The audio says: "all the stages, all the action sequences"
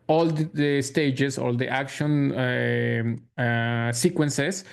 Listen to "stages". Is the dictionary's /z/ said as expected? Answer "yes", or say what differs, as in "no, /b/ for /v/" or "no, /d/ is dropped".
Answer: no, /s/ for /z/